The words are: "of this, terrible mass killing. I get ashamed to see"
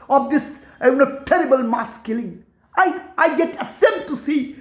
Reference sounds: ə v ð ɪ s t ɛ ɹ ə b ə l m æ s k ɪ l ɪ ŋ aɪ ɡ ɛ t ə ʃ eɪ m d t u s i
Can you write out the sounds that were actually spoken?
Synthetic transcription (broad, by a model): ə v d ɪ s t ɛ ɹ ə b ə l m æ s k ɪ l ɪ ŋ aɪ ɡ ɛ t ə s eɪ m t u s i